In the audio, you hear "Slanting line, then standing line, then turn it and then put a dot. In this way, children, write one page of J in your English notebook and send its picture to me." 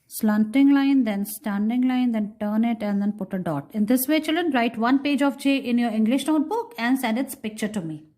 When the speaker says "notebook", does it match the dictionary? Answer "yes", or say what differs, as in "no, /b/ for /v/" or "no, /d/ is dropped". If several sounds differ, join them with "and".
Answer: yes